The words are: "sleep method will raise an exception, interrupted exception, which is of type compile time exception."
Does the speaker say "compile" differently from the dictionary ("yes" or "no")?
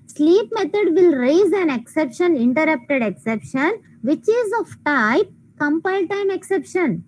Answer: no